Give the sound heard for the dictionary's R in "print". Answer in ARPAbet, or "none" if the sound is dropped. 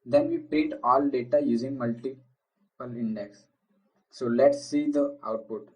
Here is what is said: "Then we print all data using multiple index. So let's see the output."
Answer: none